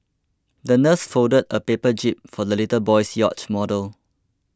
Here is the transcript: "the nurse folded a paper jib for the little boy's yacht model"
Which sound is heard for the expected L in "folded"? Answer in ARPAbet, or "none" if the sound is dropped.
none